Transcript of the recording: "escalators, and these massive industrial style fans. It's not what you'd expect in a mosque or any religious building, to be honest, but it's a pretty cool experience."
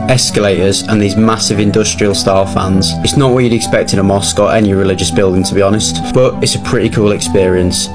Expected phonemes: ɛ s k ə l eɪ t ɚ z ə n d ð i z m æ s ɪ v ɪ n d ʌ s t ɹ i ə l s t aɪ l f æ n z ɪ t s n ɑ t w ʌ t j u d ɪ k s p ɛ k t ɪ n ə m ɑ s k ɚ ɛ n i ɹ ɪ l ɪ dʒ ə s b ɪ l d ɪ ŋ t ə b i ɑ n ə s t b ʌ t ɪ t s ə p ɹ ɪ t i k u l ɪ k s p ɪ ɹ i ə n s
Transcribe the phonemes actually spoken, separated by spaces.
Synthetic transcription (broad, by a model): ɛ s k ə l eɪ t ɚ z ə n ð i z m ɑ s ɪ v ɪ n d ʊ s t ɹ i ə l s t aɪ l f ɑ n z ɪ t s n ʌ t w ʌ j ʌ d ɪ k s p ɛ k t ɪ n ə m ɑ s k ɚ ɛ n i ɹ ɪ l ɪ dʒ ə s b ɪ l d ɪ ŋ t ə b i ɑ n ə s t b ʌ t ɪ t s ə p ɹ ɪ t i k u l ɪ k s p ɪ ɹ i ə n s